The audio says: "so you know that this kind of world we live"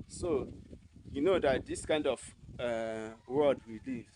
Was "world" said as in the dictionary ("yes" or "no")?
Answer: no